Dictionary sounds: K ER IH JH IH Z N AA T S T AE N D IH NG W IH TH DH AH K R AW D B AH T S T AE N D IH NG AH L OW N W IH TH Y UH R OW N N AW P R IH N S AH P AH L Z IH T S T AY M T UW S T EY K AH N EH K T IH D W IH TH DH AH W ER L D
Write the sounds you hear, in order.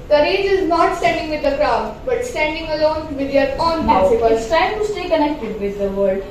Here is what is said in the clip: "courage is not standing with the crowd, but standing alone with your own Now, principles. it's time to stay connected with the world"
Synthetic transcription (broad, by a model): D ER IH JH IH Z N AA T S T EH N D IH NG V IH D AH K R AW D B AH T S T AE N D IH NG AH L OW N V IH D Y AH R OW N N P AO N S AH B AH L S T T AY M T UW S T EY K AH N EH K T IH D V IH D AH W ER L D